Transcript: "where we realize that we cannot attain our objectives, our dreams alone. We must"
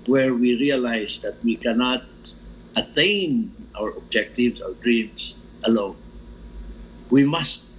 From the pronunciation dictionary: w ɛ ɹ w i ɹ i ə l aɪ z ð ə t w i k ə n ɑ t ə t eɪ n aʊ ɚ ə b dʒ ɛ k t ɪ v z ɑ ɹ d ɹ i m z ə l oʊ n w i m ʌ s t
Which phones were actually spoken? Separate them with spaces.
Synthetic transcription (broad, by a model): w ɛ ɹ w i ɹ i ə l aɪ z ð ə t w i k ə n ɑ t ə t eɪ n aʊ ɚ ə b dʒ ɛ k t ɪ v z ɑ ɹ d ɹ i m s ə l oʊ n w i m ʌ s t